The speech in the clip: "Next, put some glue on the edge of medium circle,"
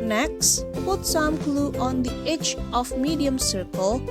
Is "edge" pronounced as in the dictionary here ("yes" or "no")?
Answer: no